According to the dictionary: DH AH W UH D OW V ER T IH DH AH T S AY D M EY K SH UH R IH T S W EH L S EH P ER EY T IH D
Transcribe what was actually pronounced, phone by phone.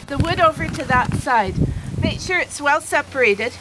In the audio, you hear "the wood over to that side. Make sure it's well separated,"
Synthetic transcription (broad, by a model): DH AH W UH D OW V ER T IH DH AH T S AY D M EY K SH UH R IH T S W EH L S EH P ER EY T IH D